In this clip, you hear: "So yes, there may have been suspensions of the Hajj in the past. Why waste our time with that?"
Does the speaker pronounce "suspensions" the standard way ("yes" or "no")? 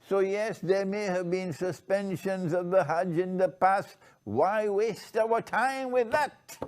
yes